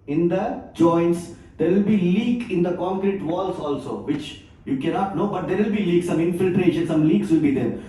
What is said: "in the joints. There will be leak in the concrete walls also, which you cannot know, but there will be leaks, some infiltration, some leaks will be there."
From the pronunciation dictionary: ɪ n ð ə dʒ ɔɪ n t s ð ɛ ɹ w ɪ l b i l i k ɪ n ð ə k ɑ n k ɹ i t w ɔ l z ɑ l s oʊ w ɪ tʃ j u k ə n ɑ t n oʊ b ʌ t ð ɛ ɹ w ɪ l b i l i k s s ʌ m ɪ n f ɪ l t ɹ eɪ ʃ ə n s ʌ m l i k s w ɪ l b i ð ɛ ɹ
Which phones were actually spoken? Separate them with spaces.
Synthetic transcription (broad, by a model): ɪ n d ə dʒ ɔɪ n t s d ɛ ɹ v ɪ l b i l i k ɪ n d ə k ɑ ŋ k ɹ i t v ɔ l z ɑ l s oʊ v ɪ tʃ j u k ə n ɑ t n oʊ b ʌ t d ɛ ɹ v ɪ l b i l i k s s ʌ m ɪ n f ɪ l t ɹ eɪ ʃ ə n s ʌ m l i k s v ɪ l b i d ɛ ɹ